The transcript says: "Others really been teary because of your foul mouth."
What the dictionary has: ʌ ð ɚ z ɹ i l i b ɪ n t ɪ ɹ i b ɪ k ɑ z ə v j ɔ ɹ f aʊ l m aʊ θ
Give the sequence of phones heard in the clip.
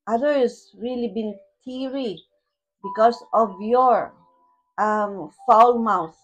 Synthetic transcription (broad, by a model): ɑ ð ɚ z ɹ i l i b ɪ n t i ɹ i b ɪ k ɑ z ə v j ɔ ɹ f aʊ l m aʊ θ